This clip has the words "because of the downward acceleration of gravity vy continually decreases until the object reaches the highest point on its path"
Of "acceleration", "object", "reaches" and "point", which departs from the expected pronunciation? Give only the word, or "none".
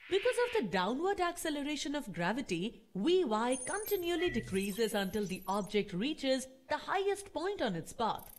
none